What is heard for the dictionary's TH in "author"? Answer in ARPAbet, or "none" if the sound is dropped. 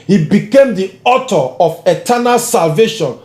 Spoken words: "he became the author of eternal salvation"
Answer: T